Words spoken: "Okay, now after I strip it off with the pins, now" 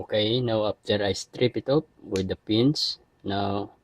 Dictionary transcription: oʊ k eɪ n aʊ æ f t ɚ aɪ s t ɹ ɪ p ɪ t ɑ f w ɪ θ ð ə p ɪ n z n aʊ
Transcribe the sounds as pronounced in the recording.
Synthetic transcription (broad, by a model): k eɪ n aʊ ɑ p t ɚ aɪ s t ɹ ɪ p ɪ t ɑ p w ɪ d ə p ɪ n s n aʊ